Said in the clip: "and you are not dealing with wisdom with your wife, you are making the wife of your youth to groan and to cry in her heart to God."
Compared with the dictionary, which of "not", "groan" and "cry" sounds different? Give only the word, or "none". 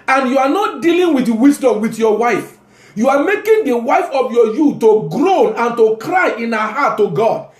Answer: none